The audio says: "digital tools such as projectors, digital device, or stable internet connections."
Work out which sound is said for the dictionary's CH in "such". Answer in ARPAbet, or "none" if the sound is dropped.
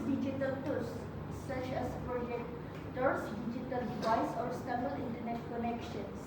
CH